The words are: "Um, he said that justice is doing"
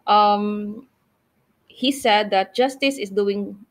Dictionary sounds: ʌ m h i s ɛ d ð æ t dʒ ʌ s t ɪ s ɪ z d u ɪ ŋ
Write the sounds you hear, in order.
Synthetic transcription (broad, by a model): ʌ m h i s ɛ d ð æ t dʒ ʌ s t ɪ s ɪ s d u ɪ ŋ